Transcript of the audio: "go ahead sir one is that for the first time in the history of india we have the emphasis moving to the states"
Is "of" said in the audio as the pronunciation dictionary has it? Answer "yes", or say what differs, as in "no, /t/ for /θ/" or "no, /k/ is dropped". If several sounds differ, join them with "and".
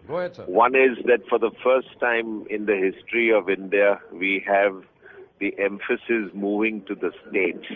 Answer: yes